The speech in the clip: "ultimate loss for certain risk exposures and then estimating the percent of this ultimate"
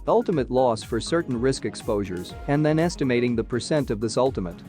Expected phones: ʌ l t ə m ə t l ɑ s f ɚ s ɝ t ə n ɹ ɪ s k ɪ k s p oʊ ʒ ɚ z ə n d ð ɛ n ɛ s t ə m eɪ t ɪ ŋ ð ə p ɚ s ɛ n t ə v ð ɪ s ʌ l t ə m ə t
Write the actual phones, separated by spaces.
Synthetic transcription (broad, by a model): ʌ l t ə m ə t l ɑ s f ɚ s ɝ t n ɹ ɪ s k ɪ k s p oʊ ʒ ɚ z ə n ð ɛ n ɛ s t ə m eɪ t ɪ ŋ ð ə p ɚ s ɛ n t ə v ð ɪ s ʌ l t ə m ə t